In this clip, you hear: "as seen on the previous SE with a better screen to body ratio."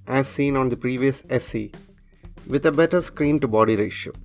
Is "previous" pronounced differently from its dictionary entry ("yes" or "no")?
no